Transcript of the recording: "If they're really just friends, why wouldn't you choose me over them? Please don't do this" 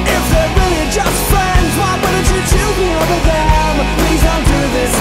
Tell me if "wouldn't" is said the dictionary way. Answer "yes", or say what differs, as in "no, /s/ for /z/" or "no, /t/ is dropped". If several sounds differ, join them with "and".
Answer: no, /n/ is dropped